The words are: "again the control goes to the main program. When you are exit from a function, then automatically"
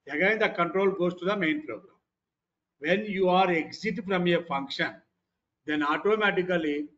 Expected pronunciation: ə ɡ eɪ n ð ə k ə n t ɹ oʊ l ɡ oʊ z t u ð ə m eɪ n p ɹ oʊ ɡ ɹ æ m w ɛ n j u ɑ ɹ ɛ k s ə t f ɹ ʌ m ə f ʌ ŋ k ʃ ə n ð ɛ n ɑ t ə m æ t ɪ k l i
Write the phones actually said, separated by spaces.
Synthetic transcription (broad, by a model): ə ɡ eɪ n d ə k ə n t ɹ oʊ l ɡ oʊ s t u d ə m eɪ n p ɹ oʊ ɡ ɹ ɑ m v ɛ n j u ɑ ɹ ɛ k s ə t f ɹ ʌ m ə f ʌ ŋ k ʃ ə n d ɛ n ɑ t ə m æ t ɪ k l i